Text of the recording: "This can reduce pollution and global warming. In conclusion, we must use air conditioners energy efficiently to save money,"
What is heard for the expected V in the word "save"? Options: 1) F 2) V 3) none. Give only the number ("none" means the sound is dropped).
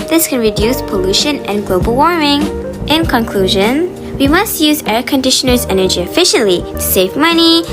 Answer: 2